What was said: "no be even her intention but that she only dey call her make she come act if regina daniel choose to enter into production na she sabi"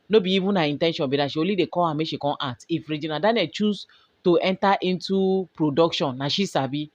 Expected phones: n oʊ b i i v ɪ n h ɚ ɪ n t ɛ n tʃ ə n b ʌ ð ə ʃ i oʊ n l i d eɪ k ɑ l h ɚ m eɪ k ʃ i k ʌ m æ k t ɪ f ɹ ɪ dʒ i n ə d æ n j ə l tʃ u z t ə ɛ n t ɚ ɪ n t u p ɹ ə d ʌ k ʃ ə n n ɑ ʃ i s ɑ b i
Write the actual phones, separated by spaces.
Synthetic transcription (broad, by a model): n oʊ b i i v ɪ n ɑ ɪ n t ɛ n ʃ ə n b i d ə ʃ i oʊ l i d eɪ k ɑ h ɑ m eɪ ʃ i k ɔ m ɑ t ɪ f ɹ ɪ dʒ i n ə d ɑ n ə tʃ u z t ə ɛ n t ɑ ɪ n t u p ɹ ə d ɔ k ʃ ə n n ɑ ʃ i s ɑ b i